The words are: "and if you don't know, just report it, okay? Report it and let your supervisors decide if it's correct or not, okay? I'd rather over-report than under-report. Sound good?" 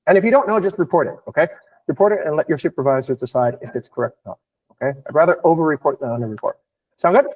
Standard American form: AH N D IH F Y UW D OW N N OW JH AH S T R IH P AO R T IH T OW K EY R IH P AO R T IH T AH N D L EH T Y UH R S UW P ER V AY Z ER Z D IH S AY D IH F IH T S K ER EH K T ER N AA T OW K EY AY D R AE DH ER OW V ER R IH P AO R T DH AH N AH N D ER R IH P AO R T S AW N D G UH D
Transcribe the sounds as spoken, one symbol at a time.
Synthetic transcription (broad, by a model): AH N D IH F Y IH D OW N N OW JH AH S T R IH P AO R T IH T OW K EY R IH P AO R T IH T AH N L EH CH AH R SH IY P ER V AY Z ER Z D IH S AY D IH F IH T S K ER EH K T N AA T OW K EY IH R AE DH ER OW V ER R IH P AO R T DH AH N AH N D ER R IH P AO R T S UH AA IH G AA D